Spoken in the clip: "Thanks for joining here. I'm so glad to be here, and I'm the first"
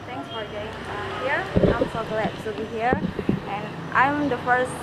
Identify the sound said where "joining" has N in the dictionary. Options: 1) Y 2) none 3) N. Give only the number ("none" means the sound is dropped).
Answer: 2